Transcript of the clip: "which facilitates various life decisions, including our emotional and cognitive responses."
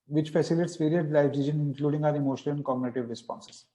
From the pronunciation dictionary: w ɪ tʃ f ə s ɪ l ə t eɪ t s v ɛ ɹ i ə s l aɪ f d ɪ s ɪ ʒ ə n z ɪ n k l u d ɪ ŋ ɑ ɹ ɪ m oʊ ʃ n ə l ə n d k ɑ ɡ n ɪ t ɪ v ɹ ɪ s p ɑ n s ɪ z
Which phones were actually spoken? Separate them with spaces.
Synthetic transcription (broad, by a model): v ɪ tʃ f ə s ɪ l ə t t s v ɛ ɹ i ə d l aɪ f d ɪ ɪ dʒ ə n ɪ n k l u d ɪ ŋ ɑ ɹ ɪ m oʊ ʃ ə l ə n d k ɑ ɡ n ɪ t ɪ v ɹ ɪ s p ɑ n s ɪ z